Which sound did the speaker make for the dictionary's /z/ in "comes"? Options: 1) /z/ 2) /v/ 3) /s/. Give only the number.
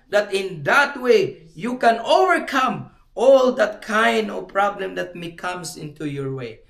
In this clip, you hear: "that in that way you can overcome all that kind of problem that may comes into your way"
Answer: 3